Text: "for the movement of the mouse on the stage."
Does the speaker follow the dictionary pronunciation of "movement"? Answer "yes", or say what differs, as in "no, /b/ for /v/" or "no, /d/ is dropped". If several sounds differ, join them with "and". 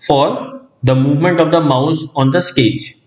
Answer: yes